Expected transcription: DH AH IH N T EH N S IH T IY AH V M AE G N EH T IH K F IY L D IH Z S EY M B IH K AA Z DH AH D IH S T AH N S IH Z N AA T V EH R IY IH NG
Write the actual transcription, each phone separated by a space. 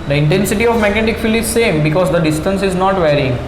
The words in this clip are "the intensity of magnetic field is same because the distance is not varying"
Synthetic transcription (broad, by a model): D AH IH N T EH N S IH T IY AH V M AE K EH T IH K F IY L IH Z S EY M B IH K AA Z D AH D IH S T AH N S IH Z N AA T V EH R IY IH NG